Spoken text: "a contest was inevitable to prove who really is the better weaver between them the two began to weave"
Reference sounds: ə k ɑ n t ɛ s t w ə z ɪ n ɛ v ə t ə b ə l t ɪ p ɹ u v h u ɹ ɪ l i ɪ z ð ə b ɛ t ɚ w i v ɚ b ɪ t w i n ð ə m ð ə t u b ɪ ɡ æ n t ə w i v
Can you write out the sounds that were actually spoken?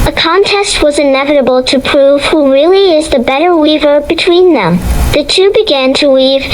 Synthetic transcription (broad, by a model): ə k ɑ n t ɛ s t w ə z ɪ n ɛ v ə t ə b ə l t ɪ p ɹ u v h u ɹ ɪ l i ɪ z ð ə b ɛ t ɚ w i v ɚ b ɪ t w i n ð ə m ð ə t u b ɪ ɡ æ n t ə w i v